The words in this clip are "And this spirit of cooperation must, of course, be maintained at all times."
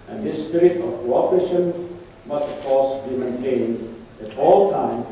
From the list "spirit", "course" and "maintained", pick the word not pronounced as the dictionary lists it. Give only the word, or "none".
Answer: none